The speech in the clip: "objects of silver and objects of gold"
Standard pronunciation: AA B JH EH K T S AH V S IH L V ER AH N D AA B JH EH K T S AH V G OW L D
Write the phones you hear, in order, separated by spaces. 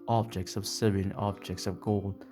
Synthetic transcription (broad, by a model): AA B JH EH K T S AH V S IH V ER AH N AA B JH EH K T S AH V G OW L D